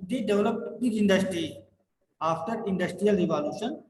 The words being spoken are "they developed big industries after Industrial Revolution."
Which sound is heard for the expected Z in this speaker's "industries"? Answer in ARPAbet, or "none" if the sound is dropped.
none